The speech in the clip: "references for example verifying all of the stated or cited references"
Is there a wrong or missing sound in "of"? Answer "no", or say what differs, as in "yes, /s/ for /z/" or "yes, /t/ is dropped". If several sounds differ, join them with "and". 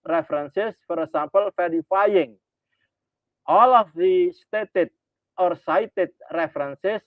yes, /f/ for /v/